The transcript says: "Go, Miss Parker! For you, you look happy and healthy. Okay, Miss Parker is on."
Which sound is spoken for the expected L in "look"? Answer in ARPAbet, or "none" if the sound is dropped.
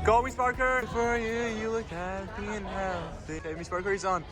L